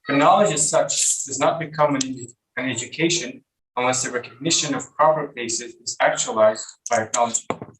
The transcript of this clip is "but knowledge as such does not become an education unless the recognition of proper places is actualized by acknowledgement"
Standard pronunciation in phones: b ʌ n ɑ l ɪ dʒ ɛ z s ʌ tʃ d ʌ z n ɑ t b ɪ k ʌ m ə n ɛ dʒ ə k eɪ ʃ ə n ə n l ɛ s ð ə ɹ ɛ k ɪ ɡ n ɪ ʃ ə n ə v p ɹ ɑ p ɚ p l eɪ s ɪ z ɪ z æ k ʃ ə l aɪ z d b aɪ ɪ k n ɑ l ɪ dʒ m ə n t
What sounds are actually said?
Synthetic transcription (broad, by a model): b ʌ n ɑ l ɪ dʒ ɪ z s ʌ tʃ d ʌ z n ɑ t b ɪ k ʌ m ə n ɛ dʒ ə k eɪ ʃ ə n ə n l ɛ s ð ə ɹ ɛ k ɪ ɡ n ɪ ʃ ə n ə v p ɹ ɑ p ɚ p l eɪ s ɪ z ɪ z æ k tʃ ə l aɪ z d b aɪ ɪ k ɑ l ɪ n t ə